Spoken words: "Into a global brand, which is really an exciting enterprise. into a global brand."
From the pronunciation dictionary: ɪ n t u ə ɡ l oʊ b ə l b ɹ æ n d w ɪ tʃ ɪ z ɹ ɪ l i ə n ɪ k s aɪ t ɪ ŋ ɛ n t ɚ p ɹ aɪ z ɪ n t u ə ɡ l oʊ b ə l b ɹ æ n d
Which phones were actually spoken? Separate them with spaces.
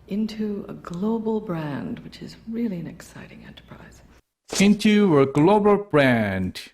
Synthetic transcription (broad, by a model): ɪ n t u ə ɡ l oʊ b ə l b ɹ æ n d w ɪ tʃ ɪ z ɹ ɪ l i ə n ɪ k s aɪ t ɪ ŋ ɛ n t ɚ p ɹ aɪ z ɪ n t u ə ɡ l oʊ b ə l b ɹ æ n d